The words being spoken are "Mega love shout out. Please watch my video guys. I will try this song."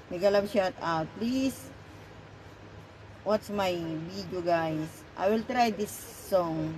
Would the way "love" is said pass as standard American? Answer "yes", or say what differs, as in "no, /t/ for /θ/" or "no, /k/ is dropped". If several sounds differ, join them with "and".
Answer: no, /b/ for /v/